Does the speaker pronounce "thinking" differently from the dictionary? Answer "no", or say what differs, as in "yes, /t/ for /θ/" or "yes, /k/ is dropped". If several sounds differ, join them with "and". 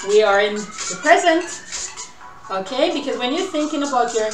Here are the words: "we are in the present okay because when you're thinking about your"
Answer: no